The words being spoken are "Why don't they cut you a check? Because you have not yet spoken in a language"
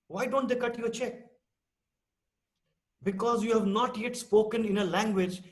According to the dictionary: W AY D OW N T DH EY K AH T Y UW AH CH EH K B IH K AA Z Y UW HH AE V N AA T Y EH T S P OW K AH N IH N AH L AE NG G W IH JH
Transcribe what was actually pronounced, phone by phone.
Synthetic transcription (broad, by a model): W AY D OW N T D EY K AH T Y UW AH CH EH K B IH K AA Z Y UW HH AE V N AA T Y EH T S P OW K AH N IH N AH L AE NG G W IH JH